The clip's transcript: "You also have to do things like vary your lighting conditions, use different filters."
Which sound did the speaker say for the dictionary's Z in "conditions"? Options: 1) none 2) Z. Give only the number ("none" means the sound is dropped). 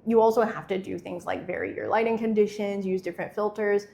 2